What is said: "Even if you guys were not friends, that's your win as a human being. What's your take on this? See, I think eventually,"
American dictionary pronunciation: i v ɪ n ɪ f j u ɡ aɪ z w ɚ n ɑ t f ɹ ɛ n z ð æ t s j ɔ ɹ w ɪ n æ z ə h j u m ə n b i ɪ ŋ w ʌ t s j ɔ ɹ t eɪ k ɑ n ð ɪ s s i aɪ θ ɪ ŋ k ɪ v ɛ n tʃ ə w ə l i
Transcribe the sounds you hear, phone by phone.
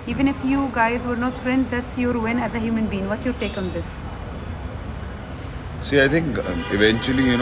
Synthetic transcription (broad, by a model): i v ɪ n ɪ f j u ɡ aɪ z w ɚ n ɑ t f ɹ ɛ n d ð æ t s j ɔ ɹ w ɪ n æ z ə h j u m ə n b i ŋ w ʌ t j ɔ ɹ t eɪ k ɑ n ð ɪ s s i aɪ t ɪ ŋ k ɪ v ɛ n tʃ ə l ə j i